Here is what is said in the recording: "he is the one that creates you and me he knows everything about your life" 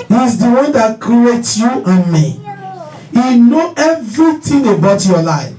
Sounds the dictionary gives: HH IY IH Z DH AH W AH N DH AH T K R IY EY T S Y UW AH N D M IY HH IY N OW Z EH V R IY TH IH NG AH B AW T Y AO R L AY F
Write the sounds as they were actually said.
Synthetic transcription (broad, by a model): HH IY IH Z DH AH W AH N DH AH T K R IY EY T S Y UW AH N M IY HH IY N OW EH V R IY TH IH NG AH B AW T Y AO L AY F